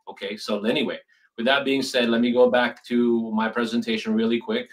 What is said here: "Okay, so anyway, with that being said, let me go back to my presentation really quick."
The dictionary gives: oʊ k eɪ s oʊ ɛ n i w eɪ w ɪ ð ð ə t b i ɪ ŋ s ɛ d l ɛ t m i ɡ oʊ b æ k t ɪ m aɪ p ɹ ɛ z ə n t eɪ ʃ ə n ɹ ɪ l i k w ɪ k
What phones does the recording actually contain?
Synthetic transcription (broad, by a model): oʊ k eɪ s oʊ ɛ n i w eɪ w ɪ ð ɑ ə t b i ɪ ŋ s ɛ d l ɛ t m i ɡ oʊ b æ k t ɪ m aɪ p ɹ ɛ z ə n t eɪ ʃ ə n ɹ ɪ l i k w ɪ k